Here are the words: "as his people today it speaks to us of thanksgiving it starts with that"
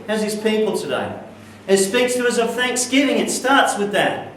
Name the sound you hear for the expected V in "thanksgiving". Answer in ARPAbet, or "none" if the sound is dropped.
V